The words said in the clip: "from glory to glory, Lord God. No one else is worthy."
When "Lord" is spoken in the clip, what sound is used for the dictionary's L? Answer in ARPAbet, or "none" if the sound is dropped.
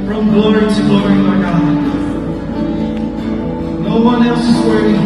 N